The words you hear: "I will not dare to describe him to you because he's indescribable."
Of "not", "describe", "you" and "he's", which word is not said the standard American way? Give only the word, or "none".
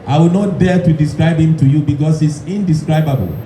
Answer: he's